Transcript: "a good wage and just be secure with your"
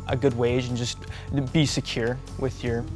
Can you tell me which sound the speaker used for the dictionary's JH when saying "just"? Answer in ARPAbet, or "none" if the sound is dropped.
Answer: JH